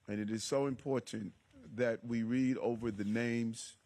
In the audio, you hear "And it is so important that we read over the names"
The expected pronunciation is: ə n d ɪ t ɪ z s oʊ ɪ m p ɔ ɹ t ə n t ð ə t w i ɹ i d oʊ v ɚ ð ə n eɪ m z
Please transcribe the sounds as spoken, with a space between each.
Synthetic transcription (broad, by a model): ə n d ɪ t ɪ z s oʊ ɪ m p ɔ ɹ t n ð ə t w i ɹ i d oʊ v ɚ ð ə n eɪ m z